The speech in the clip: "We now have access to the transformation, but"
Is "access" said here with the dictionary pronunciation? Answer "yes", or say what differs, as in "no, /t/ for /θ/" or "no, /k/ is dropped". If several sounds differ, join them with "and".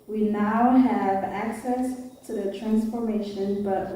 yes